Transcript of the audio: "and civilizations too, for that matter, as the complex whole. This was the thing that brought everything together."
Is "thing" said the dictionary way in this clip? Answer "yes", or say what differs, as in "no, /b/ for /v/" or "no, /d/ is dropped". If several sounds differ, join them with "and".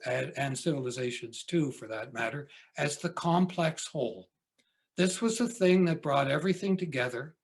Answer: yes